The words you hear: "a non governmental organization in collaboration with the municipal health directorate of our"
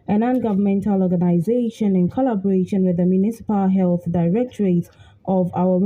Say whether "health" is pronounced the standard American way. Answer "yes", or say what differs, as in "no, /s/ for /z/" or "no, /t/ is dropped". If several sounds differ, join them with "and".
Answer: yes